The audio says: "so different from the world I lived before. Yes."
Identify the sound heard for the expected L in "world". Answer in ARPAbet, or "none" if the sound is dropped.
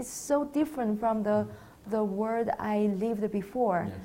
none